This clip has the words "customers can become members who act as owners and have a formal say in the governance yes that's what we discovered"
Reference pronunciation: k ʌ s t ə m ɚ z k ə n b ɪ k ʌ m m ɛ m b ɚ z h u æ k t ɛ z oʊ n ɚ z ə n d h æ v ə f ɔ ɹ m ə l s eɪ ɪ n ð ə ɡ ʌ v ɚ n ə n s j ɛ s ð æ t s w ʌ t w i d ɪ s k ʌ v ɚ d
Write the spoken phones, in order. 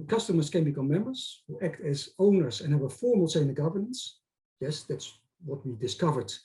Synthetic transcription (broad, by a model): k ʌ s t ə m ɚ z k ə n b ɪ k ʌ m m ɛ m b ɚ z h u æ k t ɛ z oʊ n ɚ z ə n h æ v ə f ɔ ɹ m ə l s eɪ ɪ n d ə ɡ ʌ v ɚ n ə n s j ɛ s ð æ t s w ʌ t w i d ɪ s k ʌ v ɚ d